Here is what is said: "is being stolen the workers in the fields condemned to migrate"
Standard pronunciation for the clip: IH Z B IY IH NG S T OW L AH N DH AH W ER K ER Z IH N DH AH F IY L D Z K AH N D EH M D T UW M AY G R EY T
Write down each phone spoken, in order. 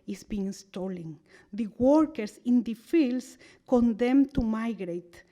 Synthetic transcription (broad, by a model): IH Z B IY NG S T OW L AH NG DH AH W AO K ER S IH N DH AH F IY L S K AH N D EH M T UW M AY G R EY T